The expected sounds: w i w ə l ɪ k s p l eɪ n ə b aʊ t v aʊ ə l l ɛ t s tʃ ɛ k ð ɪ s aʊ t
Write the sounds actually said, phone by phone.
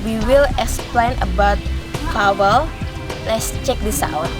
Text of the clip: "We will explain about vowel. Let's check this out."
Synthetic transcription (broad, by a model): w i w ə l ɪ k s p l eɪ n ə b aʊ t p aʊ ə l l ɛ t s tʃ ɛ k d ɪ s aʊ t